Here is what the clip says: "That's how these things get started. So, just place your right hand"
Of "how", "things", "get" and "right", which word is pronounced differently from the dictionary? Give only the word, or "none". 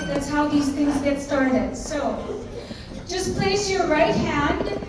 none